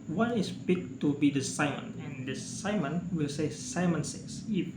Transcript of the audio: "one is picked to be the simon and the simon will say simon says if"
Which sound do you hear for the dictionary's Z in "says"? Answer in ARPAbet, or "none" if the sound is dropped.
S